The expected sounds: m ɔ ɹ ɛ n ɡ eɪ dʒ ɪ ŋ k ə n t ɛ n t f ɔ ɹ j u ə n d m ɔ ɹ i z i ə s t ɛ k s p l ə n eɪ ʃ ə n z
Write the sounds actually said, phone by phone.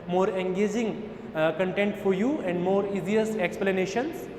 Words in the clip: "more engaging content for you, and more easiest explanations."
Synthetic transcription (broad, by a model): m ɔ ɹ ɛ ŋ ɡ eɪ dʒ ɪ ŋ k ə n t ɛ n t f ɔ ɹ j u ə n d m ɔ ɹ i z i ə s ɛ k s p l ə n eɪ ʃ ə n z